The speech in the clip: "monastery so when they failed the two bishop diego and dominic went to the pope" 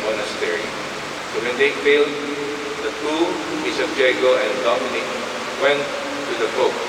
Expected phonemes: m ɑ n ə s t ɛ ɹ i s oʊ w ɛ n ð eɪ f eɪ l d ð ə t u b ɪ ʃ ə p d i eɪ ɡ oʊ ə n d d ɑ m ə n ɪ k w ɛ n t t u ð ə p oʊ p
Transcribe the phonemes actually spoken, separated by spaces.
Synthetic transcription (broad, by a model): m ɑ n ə s t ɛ ɹ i s oʊ w ɛ n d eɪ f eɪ l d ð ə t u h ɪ s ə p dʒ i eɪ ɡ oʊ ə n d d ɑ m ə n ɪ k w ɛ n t t u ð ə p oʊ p